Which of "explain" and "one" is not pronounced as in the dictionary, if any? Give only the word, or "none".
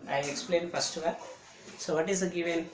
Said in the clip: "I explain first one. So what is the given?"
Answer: one